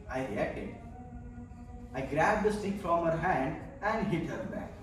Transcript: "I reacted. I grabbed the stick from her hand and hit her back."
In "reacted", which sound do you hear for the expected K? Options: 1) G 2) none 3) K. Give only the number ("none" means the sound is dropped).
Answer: 2